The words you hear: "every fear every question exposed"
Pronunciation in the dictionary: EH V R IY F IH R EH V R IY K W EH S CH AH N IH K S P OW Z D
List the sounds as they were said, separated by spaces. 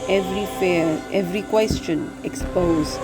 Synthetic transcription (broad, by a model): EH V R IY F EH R EH V R IY K W EH S CH AH N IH K S P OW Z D